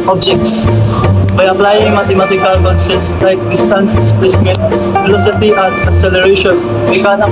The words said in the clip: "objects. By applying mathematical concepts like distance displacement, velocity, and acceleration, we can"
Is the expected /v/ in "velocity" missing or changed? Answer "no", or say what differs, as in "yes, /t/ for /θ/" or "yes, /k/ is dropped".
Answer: yes, /f/ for /v/